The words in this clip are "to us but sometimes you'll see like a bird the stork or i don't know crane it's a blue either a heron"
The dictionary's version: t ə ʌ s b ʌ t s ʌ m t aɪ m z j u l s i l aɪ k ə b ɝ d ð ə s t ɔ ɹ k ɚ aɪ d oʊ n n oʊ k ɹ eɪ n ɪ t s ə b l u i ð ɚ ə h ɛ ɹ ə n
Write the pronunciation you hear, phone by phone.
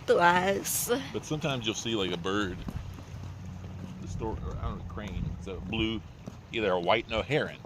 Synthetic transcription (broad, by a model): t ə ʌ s b ʌ t s ʌ m t aɪ m z j u l s i l aɪ k ə b ɝ d ð ə s t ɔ ɹ ɚ aɪ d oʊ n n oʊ k ɹ eɪ n ɪ t s ə b l u i ð ɚ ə h ɛ ɹ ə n